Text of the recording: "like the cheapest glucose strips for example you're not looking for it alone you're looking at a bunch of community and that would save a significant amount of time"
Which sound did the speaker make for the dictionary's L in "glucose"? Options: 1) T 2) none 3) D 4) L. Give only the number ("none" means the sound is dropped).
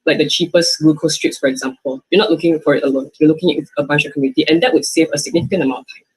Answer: 2